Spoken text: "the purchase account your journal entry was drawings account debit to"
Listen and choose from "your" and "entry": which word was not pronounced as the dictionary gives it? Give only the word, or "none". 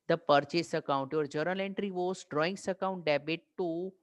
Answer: none